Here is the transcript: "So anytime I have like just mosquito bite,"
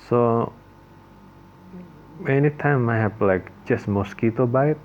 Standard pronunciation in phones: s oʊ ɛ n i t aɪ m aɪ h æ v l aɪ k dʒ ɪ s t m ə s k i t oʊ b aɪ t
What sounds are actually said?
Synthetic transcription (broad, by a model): s oʊ ɛ n i t aɪ m aɪ h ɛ p l aɪ k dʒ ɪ s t m ə s k i t oʊ b aɪ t